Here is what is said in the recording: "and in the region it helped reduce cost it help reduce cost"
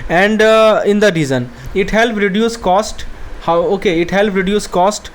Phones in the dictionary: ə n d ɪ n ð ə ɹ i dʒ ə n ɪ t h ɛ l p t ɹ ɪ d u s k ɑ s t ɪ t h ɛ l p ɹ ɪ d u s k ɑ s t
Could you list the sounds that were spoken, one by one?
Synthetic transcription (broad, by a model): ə n d ɪ n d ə ɹ i z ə n ɪ t h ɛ l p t ɹ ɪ d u s k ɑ s t ɪ t h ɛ l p ɹ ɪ d u s k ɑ s t